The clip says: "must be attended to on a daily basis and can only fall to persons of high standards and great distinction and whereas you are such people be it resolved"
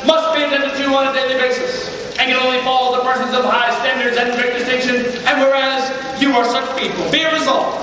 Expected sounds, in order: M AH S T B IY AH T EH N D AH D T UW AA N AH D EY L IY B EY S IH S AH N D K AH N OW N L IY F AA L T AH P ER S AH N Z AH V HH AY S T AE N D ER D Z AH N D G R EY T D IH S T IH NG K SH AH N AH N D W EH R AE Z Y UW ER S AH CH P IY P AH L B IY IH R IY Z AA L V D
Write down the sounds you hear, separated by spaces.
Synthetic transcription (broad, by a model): M AH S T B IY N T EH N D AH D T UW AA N AH D EY L IY B EY S IH S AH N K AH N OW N L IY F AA L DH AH P ER S AH N Z AH V HH AY S T AE N D ER D Z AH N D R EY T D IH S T IH SH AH N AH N W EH R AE Z Y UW ER S AH CH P IY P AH L B IY IH R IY Z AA L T